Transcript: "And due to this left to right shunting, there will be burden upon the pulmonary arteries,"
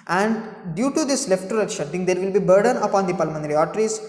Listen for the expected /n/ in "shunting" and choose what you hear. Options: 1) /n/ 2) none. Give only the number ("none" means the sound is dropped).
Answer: 2